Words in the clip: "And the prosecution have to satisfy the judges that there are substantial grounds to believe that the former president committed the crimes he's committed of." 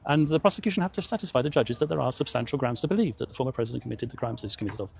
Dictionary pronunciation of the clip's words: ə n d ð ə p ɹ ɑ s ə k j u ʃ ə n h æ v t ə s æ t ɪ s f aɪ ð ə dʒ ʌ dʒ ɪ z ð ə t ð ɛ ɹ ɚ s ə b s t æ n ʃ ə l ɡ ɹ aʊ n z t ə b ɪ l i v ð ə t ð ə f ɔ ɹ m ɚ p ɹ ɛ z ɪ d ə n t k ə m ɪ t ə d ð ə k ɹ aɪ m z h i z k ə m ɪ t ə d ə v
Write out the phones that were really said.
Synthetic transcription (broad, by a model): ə n ð ə p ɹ ɑ s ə k j u ʃ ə n h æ f t ə s æ t ɪ s f aɪ ð ə dʒ ʌ dʒ ɪ z ð ə t ð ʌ ɹ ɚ s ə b s t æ n ʃ l ɡ ɹ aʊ n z t ə b ɪ l i v ð ə t ð ə f ɔ ɹ m ɚ p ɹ ɛ z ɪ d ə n k ə m ɪ t ə d ð ə k ɹ aɪ m z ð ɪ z k ə m ɪ t ə d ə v